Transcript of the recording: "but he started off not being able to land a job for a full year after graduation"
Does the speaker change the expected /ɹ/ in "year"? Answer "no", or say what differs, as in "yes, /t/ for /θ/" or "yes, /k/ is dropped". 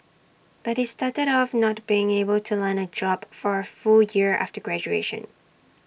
no